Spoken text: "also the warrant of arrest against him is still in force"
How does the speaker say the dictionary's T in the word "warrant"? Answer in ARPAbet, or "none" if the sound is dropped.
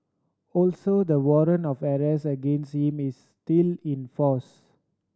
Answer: none